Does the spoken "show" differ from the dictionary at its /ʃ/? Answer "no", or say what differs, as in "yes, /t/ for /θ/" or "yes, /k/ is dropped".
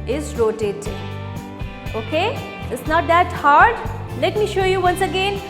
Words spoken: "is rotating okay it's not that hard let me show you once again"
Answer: no